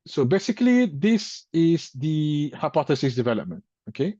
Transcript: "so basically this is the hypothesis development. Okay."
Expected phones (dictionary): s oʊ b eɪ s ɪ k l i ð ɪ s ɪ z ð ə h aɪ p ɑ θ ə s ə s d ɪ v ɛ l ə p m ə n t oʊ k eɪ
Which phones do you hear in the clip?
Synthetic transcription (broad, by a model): s oʊ b eɪ s ɪ k l i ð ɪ s ɪ z ð ə h aɪ p ɑ θ ə s ə s d ɪ v ɛ l ə p m ə n t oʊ k eɪ